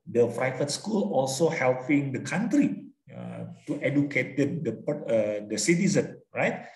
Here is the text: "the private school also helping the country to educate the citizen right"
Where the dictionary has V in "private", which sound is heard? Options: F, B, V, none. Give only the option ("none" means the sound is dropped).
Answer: F